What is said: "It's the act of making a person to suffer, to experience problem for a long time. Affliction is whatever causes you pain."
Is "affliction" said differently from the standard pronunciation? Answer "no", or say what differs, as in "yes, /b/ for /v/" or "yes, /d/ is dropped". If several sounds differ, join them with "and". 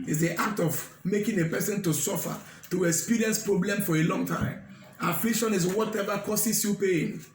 no